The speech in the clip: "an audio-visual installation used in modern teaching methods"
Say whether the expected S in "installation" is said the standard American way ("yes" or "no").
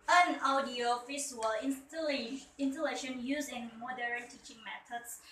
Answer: no